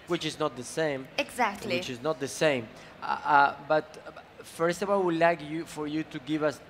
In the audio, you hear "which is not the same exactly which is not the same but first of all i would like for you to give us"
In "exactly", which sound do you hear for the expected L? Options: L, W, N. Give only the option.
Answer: W